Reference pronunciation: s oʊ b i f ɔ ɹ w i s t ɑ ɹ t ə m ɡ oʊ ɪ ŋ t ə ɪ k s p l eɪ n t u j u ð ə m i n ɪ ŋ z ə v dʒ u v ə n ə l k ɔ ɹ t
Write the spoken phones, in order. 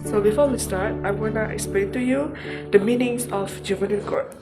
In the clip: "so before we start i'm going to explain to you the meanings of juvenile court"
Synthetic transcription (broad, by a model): s oʊ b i f ɔ w i s t ɑ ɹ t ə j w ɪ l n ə ɪ k s p l eɪ n t u j u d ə m i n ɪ ŋ s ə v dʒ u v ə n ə n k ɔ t